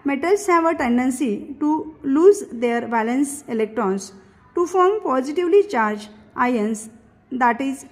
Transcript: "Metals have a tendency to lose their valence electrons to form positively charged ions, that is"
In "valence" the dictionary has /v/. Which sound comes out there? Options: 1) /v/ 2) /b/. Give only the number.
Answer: 2